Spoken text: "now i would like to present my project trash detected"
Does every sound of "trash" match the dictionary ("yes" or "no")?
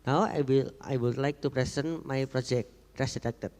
no